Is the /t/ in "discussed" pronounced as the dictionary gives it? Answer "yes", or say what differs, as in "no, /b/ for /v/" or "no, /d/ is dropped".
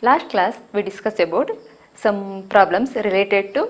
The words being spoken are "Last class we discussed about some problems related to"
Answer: no, /t/ is dropped